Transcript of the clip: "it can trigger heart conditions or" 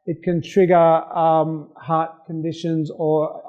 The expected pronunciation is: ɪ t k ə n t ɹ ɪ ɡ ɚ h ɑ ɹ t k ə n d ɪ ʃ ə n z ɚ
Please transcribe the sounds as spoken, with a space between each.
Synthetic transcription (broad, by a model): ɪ t k ə n t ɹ ɪ ɡ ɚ h ɑ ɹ t k ə n d ɪ ʃ ə n z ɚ